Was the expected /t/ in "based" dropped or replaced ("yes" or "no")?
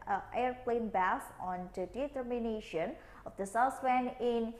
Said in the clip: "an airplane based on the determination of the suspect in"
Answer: yes